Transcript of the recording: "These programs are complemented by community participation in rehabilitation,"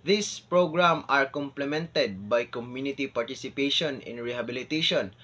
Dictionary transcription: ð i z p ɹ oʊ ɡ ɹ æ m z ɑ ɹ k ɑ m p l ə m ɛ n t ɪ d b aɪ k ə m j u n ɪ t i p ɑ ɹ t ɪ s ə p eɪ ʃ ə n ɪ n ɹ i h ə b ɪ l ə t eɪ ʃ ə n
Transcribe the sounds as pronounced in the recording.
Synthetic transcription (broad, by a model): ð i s p ɹ oʊ ɡ ɹ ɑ m ɑ ɹ k ɑ m p l ə m ɛ n t ɪ d b aɪ k ə m j u n ɪ t i p ɑ ɹ t ɪ s ə p eɪ ʃ ə n ɪ n ɹ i h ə b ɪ l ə t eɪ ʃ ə n